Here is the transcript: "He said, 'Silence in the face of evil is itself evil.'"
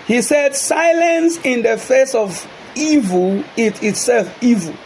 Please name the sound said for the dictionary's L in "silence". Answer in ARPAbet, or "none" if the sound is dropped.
L